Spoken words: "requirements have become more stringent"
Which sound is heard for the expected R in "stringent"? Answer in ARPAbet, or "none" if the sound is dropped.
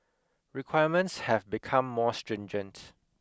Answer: R